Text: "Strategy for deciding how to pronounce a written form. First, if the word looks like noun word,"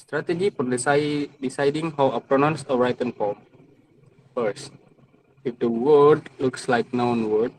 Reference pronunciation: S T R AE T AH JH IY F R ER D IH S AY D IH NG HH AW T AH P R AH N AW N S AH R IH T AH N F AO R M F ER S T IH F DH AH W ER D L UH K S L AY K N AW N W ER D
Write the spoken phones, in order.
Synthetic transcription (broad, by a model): S T R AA T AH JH IY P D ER D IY S AY D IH NG HH AW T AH P R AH N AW N S AH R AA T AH N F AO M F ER S IH F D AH W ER D L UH K S L AY K N AW N W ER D